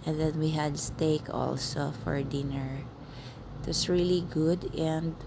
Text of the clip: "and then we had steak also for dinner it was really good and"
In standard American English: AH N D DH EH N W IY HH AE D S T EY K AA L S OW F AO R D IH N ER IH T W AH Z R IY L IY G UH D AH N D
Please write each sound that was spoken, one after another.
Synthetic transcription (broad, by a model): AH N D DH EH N W IY HH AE D S T EY K AA L S OW F AO R D IH N ER IH T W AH S R IY L IY G UH D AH N D